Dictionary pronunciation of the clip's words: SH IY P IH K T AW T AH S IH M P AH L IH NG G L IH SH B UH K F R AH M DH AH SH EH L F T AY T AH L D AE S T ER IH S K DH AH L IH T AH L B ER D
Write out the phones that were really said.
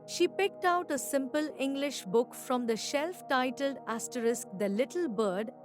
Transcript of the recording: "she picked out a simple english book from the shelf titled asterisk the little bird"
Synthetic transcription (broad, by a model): SH IY P IH K T AW T AH S IH M P AH L IH NG G L IH SH B UH K F R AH M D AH SH EH L F T AY T AH L D AE S T ER IH S K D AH L IH T AH L B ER D